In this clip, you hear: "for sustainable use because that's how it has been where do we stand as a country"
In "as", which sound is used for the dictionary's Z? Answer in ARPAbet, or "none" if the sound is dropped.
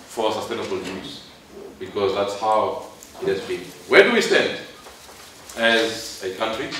Z